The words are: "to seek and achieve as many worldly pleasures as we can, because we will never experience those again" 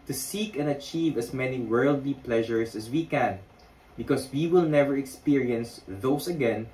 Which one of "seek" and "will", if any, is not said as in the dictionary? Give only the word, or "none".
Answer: none